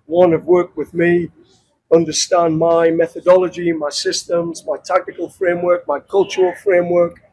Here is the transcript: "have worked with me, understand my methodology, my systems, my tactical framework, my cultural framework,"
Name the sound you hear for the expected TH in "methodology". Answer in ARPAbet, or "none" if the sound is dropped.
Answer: TH